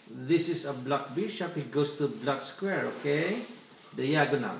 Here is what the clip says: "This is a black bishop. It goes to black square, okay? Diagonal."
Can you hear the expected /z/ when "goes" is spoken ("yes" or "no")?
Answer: no